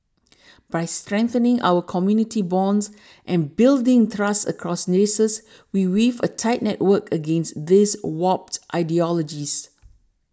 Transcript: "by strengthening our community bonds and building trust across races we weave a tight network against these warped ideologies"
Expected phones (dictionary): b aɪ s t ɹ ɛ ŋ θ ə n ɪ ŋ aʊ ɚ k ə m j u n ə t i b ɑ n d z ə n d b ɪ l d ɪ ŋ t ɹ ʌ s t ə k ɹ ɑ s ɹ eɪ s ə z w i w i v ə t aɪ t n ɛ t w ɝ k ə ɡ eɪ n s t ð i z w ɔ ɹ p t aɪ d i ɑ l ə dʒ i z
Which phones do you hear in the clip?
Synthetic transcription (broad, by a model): b aɪ s t ɹ ɛ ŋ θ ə n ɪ ŋ aʊ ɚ k ə m j u n ə t i b ɑ n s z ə n b ɪ l d ɪ ŋ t ɹ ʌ s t ə k ɹ ɑ s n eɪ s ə s w i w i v ə t aɪ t n ɛ t w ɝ k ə ɡ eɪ n s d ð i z w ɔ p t t aɪ d i ɑ l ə dʒ i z